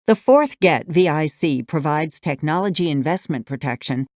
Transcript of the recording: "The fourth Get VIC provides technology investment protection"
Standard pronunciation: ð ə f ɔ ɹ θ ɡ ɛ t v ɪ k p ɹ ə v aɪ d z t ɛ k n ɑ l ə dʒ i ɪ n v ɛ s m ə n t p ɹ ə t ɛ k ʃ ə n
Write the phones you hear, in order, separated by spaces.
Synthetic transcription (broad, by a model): ð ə f ɔ ɹ θ ɡ ɛ t v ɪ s p ɹ ə v aɪ d z t ɛ k n ɑ l ə dʒ i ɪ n v ɛ s m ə n p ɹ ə t ɛ k ʃ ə n